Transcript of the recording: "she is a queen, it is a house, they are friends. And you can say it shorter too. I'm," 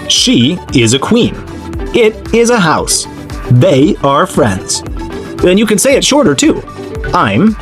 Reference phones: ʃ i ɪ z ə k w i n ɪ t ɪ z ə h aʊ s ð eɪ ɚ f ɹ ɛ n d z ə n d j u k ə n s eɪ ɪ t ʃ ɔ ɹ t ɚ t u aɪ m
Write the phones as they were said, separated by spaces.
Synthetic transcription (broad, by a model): ʃ i ɪ z ə k w i n ɪ t ɪ z ə h aʊ s ð eɪ ɚ f ɹ ɛ n d z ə n j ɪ k ə n s eɪ ɪ t ʃ ɔ ɹ t ɚ t u aɪ m